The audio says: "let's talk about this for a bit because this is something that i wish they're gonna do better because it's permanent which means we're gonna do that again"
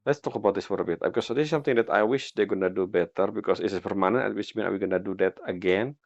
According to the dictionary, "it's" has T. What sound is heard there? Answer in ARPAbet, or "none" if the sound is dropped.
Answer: S